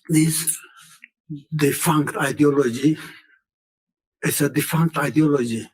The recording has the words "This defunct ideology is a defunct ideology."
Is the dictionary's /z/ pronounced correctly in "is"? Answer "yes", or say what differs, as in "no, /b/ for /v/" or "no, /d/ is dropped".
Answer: no, /s/ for /z/